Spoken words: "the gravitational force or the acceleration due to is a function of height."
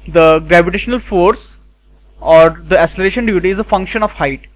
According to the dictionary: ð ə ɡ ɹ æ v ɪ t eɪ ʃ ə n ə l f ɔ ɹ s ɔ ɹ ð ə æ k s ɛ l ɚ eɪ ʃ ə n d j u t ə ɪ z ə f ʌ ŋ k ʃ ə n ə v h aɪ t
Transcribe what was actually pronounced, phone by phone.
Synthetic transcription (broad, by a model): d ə ɡ ɹ æ v ɪ t eɪ ʃ ə n ə l f ɔ ɹ s ɔ ɹ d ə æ s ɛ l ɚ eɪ ʃ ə n d j u t ə ɪ z ə f ʌ ŋ k ʃ ə n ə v h aɪ t